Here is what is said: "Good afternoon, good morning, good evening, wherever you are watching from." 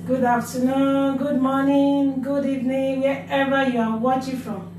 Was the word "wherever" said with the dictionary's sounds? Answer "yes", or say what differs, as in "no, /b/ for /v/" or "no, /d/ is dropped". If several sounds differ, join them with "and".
no, /ɹ/ is dropped